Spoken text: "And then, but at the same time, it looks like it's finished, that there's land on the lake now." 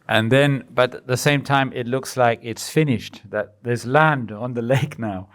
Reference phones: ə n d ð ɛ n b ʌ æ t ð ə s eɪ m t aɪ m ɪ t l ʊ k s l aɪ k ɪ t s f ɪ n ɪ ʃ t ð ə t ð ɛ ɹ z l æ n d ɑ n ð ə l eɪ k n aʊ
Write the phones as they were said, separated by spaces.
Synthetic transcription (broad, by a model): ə n ð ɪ n b ʌ t ð ə s eɪ m t aɪ m ɪ t l ʊ k s l aɪ k ɪ t s f ɪ n ɪ ʃ t ð ə t ð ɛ ɹ z l æ n d n ð ə l eɪ k n aʊ